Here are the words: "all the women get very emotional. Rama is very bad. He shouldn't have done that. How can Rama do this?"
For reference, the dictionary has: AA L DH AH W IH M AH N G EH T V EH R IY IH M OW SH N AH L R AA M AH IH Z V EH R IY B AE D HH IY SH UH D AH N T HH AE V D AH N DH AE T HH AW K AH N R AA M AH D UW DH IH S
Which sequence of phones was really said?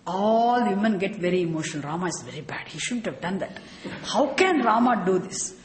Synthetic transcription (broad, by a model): AA L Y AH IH M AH N G EH T V EH R IY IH M OW SH AH N R AA M AH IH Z V EH R IY B AE D HH IY SH UH D AH N T HH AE V D AH N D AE T HH AW K AH N R AA M AH D UW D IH S